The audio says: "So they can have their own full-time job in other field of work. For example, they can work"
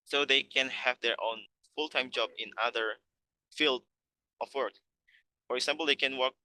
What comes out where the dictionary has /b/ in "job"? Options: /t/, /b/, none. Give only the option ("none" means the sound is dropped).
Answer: /b/